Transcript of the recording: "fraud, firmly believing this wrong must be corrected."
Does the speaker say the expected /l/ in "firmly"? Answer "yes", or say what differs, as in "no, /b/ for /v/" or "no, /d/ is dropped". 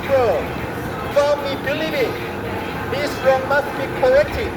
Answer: no, /l/ is dropped